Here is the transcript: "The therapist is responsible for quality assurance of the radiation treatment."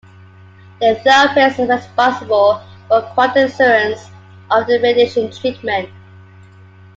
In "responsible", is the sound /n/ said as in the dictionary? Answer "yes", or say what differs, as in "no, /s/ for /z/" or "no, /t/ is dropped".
no, /n/ is dropped